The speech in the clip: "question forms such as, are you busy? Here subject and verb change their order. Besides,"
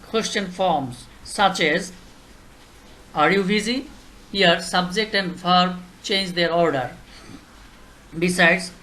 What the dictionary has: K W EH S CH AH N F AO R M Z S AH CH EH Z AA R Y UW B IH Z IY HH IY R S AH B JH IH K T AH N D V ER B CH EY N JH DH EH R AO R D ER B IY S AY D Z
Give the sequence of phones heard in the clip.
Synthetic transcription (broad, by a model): K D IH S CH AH N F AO R M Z S AH CH EH Z AA R Y UW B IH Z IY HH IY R S AH B JH IH K T AH N D F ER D CH EY N JH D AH R AO R D ER B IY S AY D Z